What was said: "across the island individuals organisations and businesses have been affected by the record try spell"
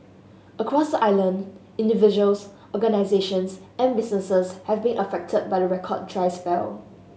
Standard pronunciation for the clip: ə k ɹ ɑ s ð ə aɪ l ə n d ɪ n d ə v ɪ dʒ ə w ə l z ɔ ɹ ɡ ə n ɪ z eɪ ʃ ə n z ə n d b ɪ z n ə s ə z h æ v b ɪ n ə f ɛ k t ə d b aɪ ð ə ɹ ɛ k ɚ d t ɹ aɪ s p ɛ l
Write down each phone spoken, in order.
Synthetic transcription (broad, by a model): ə k ɹ ɑ s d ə aɪ l ə n d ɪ n d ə v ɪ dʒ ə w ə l s ɔ ɡ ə n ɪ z eɪ ʃ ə n s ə n b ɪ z n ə s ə s h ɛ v b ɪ n ə f ɛ k t ə d b aɪ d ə ɹ ɛ k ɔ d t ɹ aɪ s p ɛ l